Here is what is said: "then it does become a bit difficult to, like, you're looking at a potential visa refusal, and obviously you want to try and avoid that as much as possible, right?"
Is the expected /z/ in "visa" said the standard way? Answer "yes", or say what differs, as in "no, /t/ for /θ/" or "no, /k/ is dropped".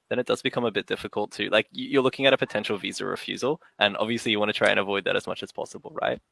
yes